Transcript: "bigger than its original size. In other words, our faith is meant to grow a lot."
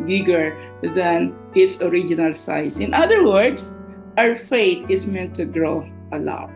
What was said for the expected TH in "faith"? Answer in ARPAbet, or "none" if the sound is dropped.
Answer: T